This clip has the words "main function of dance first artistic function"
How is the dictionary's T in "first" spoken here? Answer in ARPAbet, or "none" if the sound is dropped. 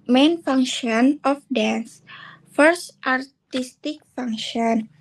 T